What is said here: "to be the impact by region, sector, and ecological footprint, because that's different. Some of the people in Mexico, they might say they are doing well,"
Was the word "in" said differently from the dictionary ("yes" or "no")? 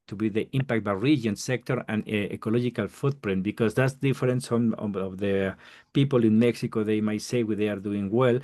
no